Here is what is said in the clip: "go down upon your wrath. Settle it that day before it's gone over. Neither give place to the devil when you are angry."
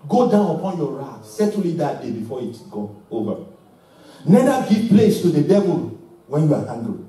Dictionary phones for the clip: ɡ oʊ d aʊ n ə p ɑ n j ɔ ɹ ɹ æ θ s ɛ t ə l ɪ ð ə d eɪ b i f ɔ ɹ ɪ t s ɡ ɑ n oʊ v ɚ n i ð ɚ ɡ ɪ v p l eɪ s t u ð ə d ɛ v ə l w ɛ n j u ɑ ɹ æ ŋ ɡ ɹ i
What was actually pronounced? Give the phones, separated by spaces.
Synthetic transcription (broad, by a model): ɡ oʊ d aʊ n ə p ɑ n j ɔ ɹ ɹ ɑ t s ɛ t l ɪ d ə d eɪ b i f ɔ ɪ t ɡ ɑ oʊ v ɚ n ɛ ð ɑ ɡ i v p l eɪ s t u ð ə d ɛ v ə l w ɛ n j u ɑ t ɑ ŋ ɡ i